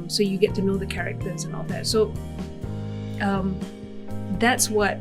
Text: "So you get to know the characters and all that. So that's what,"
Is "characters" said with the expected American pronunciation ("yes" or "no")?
yes